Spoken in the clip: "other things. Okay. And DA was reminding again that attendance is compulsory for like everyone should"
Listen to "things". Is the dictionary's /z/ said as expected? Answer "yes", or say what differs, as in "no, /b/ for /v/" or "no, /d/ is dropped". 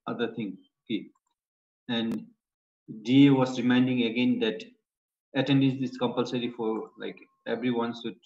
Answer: no, /z/ is dropped